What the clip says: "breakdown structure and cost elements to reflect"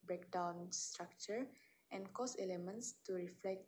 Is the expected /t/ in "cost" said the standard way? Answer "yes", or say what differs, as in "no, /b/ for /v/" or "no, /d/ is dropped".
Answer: no, /t/ is dropped